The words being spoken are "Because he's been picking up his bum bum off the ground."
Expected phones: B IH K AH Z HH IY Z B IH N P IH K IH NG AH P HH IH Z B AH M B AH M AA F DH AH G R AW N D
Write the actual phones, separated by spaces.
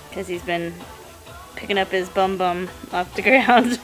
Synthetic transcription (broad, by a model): K AH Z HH IY Z B IH N P IH K IH NG AH P HH IH Z B AH M B AH M AA F DH AH G R AW N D